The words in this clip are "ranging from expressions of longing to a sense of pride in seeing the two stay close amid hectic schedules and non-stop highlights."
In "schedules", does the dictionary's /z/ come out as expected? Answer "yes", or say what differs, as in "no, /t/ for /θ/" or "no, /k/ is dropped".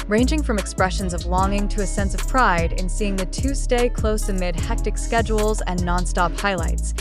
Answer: yes